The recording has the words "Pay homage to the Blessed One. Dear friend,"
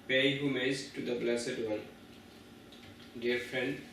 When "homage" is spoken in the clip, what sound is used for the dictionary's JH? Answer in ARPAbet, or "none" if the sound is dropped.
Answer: Z